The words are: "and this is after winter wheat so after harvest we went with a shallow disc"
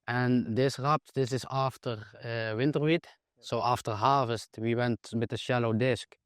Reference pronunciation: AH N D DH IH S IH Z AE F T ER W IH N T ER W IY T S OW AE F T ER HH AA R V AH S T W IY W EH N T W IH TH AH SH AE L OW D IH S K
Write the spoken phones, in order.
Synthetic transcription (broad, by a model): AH N D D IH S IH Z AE F T ER W IH N T ER W IY T S OW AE F T ER HH AA R V AH S T W IY W EH N T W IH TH AH SH AE L OW D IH S K